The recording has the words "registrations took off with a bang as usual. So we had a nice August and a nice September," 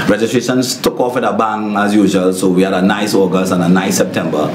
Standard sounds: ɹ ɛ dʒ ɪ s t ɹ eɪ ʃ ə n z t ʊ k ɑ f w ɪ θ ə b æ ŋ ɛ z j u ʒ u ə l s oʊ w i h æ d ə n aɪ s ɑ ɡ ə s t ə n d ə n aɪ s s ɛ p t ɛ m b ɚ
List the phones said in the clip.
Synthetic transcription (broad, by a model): ɹ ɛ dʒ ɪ s t ɹ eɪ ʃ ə n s t ʊ k ɑ f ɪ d ə b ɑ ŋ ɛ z j u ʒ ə l s oʊ w i h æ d ə n aɪ s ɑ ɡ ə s ə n ə n aɪ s s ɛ p t ɛ m b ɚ